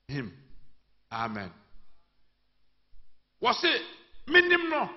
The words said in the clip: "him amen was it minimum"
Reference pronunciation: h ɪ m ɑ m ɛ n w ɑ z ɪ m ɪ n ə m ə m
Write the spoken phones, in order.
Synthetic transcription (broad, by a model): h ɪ m ɑ m ɛ n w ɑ s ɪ m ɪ n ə m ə